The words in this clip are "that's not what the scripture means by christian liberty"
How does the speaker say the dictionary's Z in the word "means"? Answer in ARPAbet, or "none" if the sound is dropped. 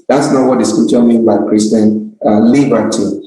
none